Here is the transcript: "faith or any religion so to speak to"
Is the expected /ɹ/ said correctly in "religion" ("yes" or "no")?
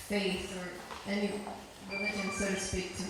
no